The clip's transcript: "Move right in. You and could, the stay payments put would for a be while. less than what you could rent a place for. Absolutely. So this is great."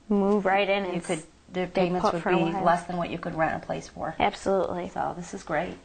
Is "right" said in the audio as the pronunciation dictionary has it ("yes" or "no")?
yes